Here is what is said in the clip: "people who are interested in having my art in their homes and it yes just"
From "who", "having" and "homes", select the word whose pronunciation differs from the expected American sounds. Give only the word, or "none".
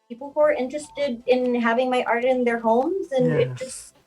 none